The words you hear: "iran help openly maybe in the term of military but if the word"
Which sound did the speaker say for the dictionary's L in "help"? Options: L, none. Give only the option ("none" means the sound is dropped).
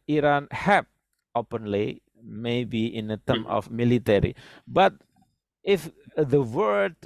none